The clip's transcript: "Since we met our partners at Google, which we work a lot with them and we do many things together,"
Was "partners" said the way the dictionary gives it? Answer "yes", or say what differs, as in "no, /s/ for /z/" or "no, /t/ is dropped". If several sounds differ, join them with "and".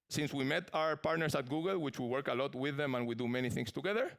no, /s/ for /z/